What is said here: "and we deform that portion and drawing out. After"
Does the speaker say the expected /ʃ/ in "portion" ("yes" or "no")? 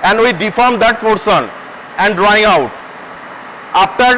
no